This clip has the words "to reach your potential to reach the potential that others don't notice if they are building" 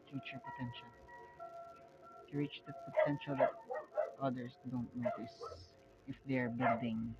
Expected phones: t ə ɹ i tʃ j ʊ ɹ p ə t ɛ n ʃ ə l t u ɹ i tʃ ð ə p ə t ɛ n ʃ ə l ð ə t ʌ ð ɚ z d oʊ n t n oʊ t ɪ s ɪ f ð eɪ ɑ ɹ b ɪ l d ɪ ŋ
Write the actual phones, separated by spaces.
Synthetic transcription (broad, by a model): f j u tʃ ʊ ɹ p ə t ɛ n ʃ ə l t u ɹ i tʃ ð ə p ə t ɛ n ʃ ə l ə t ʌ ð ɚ s d oʊ n t n oʊ t ɪ s ɪ f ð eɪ ɑ ɹ b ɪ l d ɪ ŋ